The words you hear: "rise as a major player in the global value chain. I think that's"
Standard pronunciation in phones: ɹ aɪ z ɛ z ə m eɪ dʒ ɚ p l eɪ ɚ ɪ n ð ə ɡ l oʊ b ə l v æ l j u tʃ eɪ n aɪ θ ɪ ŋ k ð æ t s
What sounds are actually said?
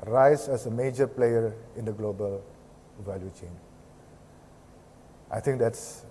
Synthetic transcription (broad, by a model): ɹ aɪ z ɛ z ə m eɪ dʒ ɚ p l eɪ ɚ ɪ n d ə ɡ l oʊ b ə l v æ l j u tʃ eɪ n aɪ t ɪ ŋ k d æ t s